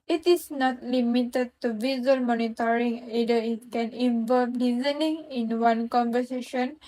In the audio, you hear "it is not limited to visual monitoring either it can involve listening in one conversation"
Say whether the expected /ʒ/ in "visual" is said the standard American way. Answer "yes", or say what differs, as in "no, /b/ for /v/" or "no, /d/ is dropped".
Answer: no, /z/ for /ʒ/